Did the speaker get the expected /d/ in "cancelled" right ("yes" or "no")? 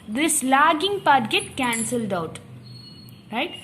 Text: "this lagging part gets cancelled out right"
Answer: yes